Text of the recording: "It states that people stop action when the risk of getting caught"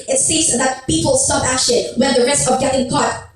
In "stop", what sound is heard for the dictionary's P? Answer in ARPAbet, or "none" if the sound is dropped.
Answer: B